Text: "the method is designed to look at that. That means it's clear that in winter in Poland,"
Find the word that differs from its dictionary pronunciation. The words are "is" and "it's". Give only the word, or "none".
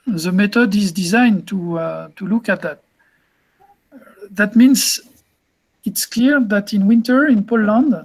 none